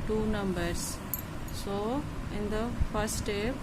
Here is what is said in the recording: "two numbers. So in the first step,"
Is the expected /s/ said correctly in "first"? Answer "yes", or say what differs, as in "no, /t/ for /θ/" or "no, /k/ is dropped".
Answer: no, /s/ is dropped